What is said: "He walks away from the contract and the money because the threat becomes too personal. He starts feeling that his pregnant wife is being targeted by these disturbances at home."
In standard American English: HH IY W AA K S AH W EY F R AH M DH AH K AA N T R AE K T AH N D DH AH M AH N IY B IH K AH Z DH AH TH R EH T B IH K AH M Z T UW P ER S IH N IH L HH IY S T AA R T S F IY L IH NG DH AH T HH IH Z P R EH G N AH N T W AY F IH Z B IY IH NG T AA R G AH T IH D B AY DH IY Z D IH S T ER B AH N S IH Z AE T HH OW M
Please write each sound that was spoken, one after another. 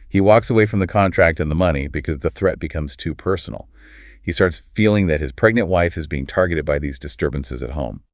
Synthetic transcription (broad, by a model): HH IY W AA K S AH W EY F R AH M DH AH K AA N T R AE K T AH N DH AH M AH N IY B IH K AH Z DH AH TH R EH T B IH K AH M Z T UW P ER S N L HH IY S T AA R T S F IY L IH NG DH AH T HH IH Z P R EH G N AH N T W AY F IH Z B IY IH NG T AA R G AH T IH D B AY DH IY Z D IH S T ER B AH N S IH Z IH T HH OW M